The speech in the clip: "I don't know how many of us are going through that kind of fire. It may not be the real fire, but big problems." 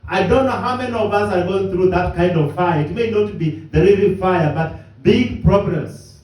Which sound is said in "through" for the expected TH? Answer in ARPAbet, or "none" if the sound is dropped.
TH